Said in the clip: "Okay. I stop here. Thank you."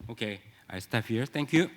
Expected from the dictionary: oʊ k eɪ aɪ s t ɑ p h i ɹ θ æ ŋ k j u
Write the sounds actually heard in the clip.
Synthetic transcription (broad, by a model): oʊ k eɪ aɪ s t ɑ f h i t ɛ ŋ k j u